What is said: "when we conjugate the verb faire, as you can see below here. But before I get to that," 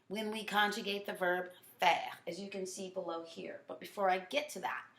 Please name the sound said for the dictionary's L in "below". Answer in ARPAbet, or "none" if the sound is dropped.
L